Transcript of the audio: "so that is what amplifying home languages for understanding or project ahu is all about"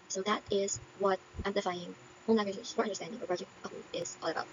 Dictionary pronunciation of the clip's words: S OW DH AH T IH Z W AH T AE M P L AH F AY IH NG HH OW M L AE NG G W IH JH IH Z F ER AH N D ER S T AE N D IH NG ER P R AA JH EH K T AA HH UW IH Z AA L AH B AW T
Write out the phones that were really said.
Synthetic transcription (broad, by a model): S OW DH AH T IH Z W AH T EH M L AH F AY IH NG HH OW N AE G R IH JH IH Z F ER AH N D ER S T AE N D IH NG ER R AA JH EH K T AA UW IH Z AA L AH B AW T